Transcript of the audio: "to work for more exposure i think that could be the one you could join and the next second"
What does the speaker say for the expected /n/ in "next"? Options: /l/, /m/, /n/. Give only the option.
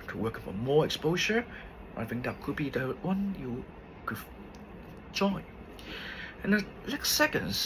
/l/